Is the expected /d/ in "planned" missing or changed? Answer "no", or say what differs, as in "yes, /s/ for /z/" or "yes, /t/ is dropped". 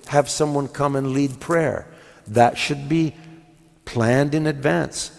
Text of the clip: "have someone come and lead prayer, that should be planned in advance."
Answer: no